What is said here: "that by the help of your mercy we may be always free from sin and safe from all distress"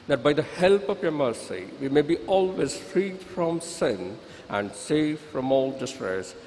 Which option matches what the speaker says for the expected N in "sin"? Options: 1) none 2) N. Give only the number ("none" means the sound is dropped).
2